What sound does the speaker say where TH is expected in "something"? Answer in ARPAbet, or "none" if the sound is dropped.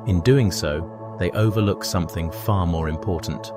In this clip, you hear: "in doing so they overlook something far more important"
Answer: TH